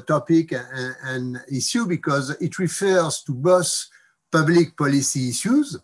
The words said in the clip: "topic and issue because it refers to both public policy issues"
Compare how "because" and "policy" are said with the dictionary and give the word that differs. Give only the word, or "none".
none